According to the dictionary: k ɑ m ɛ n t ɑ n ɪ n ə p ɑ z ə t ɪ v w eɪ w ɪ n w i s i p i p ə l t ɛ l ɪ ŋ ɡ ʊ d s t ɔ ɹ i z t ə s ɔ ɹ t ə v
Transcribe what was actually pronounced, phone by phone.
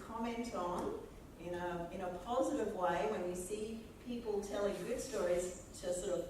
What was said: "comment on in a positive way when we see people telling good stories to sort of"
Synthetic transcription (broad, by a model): k ɑ m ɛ n t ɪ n ɪ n ə p ɑ z ə t ɪ v w eɪ w ɪ n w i s i p i p l t ɛ l ɪ ŋ ɡ ʊ d s t ɔ ɹ i z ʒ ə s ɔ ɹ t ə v